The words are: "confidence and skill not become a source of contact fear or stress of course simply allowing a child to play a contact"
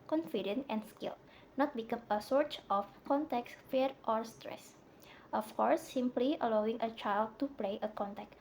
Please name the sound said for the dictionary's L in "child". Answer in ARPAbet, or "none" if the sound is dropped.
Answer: L